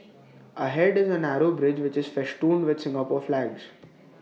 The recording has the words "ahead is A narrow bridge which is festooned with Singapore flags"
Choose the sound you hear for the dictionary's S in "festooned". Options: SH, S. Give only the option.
SH